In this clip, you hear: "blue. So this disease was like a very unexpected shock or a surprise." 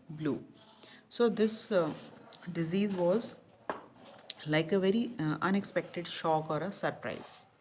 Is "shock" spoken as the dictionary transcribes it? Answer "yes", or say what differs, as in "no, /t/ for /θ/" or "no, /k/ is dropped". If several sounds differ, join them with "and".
yes